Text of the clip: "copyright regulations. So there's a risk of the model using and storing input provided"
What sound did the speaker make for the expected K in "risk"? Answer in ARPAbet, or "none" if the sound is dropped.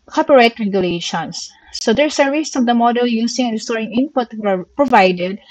none